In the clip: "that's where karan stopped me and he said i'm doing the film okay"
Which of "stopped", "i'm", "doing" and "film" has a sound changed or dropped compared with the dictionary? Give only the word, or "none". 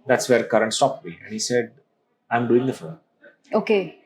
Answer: film